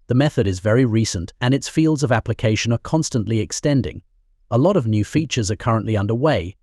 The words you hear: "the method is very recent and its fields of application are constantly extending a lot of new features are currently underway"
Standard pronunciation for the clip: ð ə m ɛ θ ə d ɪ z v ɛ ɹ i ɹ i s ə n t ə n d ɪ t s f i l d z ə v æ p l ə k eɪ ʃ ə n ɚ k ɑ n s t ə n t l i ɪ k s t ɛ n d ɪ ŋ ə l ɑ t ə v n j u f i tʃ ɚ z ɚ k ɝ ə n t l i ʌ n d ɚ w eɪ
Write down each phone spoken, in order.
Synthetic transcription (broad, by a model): ð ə m ɛ θ ə d ɪ z v ɛ ɹ i ɹ i s ə n t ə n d ɪ t s f i l d z ə v æ p l ə k eɪ ʃ ə n ɚ k ɑ n s t ə n t l i ɪ k s t ɛ n d ɪ ŋ ə l ɑ t ə v n j u f i tʃ ɚ z ɚ k ɝ ə n t l i ʌ n d ɚ w eɪ